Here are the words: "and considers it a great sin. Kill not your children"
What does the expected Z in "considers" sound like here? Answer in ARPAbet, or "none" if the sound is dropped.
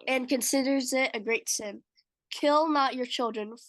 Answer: Z